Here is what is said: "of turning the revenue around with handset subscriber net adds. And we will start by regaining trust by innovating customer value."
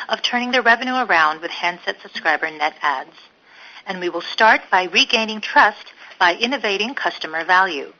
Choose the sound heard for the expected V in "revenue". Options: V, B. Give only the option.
V